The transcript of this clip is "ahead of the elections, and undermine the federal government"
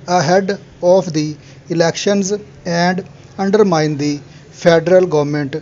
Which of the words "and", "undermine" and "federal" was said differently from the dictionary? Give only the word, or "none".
federal